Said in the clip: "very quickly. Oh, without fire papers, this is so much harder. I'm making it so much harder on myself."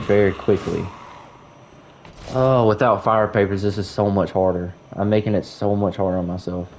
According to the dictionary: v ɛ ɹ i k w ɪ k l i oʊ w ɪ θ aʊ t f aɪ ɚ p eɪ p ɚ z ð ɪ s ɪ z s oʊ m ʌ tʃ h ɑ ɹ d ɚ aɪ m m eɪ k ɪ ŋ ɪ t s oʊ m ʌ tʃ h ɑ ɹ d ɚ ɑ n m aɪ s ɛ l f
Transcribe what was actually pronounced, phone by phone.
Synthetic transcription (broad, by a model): v ɛ ɹ i k w ɪ k l i oʊ w ɪ θ aʊ t f aɪ ɚ p eɪ p ɚ z ð ɪ s ɪ z s oʊ m ʌ tʃ h ɑ ɹ d ɚ aɪ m m eɪ k ɪ ŋ ɪ t s oʊ m ʌ tʃ h ɑ ɹ d ɚ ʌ n m aɪ s ɛ l f